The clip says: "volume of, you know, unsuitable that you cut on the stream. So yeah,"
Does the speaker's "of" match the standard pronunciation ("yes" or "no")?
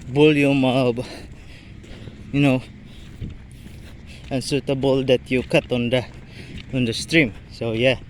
no